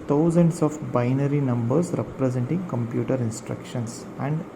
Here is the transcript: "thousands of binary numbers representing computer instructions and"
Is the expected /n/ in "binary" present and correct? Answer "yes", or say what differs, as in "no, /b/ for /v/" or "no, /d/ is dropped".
yes